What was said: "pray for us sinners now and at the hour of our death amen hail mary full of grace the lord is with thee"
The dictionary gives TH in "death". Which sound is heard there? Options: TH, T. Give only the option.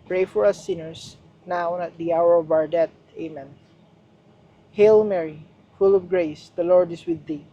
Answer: T